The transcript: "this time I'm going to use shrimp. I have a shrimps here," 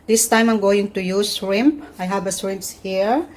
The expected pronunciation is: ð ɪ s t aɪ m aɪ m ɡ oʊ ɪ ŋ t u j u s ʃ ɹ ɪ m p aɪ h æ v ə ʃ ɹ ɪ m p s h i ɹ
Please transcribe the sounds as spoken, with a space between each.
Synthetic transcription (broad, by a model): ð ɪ s t aɪ m aɪ m ɡ oʊ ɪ ŋ t u j u s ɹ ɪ m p aɪ h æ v ə s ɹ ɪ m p s h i ɹ